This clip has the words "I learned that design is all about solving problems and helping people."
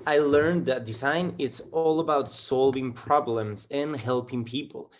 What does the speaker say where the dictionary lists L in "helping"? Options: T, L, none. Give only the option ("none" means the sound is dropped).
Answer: L